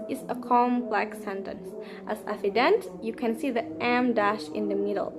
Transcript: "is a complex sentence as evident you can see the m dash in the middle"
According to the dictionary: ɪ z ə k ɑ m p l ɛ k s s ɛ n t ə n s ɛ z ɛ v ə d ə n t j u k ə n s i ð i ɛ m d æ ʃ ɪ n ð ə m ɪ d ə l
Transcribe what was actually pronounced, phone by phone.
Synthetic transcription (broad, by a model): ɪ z ə k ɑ m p l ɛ k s s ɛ n t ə n s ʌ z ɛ f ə d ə n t j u k ə n s i ð i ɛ m d æ ʃ ɪ n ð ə m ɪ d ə l